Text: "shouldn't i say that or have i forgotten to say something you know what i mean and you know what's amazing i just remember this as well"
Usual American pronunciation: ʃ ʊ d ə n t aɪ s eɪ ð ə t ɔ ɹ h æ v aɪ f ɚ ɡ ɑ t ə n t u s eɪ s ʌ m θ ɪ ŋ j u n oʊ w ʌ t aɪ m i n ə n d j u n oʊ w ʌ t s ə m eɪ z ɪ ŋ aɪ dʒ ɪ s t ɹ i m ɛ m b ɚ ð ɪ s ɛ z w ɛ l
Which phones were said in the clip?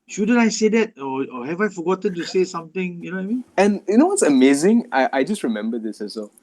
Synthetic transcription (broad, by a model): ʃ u d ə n aɪ s eɪ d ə t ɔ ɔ h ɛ v aɪ f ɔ ɡ ɑ t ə n t u s eɪ s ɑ m t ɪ ŋ j u n oʊ aɪ m i n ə n j u n oʊ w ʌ t s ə m eɪ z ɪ ŋ aɪ dʒ ɪ s t ɹ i m ɛ m b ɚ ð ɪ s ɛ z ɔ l